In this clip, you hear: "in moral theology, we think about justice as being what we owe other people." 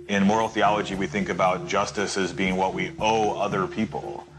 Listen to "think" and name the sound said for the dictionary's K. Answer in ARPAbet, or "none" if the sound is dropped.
K